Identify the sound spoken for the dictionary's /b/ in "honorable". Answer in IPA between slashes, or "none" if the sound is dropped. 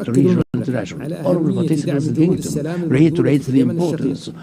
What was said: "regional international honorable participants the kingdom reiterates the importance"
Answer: none